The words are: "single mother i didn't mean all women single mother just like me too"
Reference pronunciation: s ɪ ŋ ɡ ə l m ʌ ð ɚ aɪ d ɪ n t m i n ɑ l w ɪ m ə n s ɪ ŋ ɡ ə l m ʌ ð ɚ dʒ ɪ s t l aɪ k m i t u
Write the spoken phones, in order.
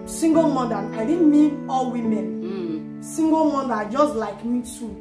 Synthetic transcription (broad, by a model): s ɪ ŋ ɡ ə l m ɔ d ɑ aɪ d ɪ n m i ɑ l w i m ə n s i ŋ ɡ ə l m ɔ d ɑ dʒ ɪ s t l aɪ k m i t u